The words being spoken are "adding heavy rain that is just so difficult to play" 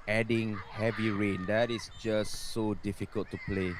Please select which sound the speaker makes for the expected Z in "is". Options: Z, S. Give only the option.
S